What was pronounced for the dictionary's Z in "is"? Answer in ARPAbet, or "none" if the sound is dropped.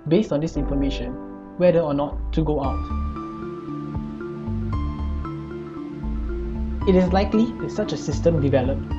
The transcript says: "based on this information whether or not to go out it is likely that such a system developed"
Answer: S